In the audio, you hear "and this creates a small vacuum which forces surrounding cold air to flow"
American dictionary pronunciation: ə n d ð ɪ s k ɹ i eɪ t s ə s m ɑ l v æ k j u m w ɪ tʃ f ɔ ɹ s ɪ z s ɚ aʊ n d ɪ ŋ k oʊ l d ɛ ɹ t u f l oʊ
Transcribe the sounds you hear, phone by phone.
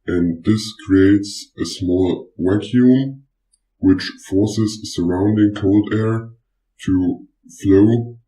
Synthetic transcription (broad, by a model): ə n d ð ɪ s k ɹ i eɪ t s ə s m ɑ l w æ k j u m w ɪ tʃ f ɔ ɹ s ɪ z s ɚ aʊ n d ɪ ŋ k oʊ l d ɛ ɹ t u f l oʊ